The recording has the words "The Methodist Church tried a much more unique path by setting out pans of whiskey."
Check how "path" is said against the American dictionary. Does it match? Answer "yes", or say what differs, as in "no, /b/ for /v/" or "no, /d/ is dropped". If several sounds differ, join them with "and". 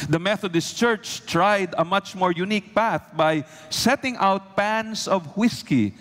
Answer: yes